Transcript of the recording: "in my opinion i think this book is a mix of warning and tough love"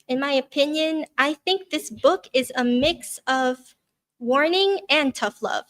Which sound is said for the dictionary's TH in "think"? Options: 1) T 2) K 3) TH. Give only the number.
3